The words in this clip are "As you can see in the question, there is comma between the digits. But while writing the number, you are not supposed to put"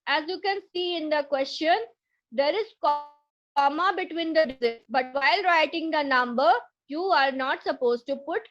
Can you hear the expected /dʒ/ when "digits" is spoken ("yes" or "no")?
no